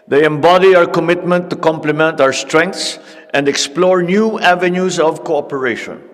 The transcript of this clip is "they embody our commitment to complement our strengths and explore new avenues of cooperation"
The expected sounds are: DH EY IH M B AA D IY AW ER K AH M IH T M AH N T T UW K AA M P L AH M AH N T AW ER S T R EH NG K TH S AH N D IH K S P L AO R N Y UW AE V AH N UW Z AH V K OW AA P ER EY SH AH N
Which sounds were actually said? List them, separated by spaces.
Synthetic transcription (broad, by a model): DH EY IH M B AA D IY AW ER K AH M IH T M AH N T T UW K AA M P L AH M AH N T AW ER S T R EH NG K T S AH N D IH K S P L AO R N Y UW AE V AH N UW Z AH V K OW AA P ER EY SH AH N